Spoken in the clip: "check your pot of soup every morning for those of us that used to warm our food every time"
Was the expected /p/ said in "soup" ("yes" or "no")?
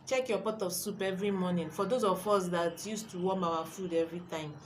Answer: yes